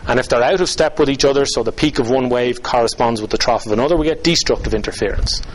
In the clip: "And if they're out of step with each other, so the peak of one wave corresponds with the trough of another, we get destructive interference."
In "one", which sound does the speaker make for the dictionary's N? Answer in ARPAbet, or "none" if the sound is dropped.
N